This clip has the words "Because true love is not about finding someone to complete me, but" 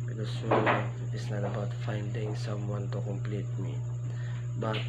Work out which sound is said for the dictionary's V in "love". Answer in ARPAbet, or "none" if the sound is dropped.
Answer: none